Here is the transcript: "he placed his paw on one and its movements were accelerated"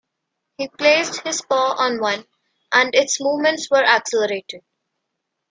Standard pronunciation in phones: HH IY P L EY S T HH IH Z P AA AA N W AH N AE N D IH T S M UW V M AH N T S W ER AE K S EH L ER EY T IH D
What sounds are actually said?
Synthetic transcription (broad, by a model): HH IY P L EY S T HH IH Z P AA AA N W AH N AE N D IH T S M UW V M AH N T S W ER AE K S EH L ER EY T IH D